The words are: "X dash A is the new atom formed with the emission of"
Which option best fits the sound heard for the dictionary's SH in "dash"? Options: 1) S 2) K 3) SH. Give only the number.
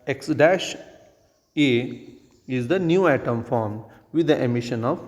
3